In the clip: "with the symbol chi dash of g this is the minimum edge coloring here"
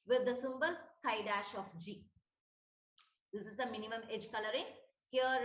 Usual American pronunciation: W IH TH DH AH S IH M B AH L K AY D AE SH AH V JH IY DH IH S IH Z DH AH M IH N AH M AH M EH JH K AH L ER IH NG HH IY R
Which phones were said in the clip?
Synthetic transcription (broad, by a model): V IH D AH S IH M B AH L K AY D AE SH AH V JH IY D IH S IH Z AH M IH N AH M AH M EH JH K AH L ER IH NG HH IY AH